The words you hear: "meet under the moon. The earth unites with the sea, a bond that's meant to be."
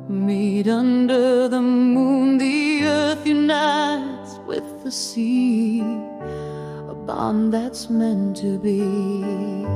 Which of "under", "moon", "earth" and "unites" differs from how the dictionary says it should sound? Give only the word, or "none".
none